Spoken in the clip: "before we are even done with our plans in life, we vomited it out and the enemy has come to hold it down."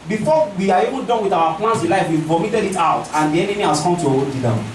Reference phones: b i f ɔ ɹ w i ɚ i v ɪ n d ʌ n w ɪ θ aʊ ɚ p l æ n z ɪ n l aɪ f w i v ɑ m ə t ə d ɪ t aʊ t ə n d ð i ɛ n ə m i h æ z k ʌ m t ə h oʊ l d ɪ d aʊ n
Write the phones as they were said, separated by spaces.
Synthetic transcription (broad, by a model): b i f ɔ w i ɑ i v ɪ n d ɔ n w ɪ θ aʊ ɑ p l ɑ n s ɪ n l aɪ f w i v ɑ m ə t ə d ɪ t aʊ t ə n d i ɛ n ə m i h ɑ s k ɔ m t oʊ d ɪ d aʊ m